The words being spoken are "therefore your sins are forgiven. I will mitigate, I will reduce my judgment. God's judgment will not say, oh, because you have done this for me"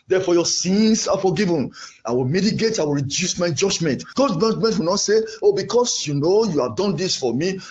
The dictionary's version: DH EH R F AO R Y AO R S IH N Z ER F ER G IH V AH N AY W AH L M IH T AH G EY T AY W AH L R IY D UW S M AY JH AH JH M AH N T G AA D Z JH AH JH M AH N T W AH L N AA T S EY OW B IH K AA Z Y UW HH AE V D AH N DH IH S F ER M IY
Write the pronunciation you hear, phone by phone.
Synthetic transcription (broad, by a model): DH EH F AO Y AO S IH N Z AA F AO G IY V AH N AY W AH L M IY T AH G EY T AY W AH L R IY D UW S M AY JH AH JH M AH N T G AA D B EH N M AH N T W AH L N AA T S EY OW B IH K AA S Y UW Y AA V D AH N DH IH S F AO M IY